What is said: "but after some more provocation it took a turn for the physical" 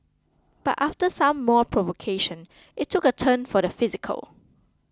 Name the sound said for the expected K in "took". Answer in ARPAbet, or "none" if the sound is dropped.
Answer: K